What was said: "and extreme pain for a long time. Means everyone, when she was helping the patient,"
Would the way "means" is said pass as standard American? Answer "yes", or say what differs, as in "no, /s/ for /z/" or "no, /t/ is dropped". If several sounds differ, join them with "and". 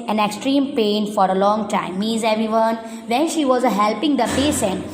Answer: no, /n/ is dropped